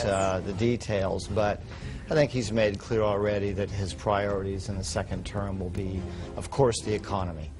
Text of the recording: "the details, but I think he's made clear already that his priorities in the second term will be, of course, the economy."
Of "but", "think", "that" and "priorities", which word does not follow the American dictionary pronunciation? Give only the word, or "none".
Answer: none